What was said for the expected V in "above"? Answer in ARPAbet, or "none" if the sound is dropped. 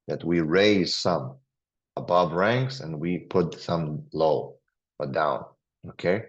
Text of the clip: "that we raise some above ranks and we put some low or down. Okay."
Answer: V